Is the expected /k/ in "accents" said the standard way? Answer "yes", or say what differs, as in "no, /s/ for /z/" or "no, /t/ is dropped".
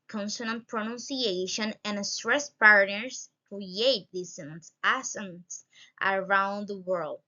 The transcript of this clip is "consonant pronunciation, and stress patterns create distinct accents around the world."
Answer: no, /k/ is dropped